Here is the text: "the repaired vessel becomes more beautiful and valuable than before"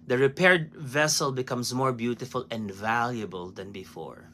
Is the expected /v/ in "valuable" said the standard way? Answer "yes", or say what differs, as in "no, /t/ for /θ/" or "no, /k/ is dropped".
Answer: yes